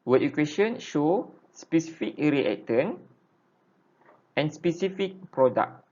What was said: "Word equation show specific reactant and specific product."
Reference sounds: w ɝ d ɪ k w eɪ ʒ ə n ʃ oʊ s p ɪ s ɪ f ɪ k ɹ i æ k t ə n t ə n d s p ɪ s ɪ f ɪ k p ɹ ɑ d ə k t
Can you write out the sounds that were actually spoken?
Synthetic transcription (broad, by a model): w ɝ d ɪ k w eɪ ʃ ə n ʃ oʊ s p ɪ s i f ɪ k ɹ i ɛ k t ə n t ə n s p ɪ s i f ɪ k p ɹ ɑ d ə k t